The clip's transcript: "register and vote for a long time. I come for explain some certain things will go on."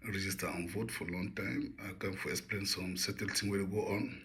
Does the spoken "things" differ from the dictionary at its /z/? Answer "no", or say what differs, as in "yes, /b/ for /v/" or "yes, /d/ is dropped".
yes, /z/ is dropped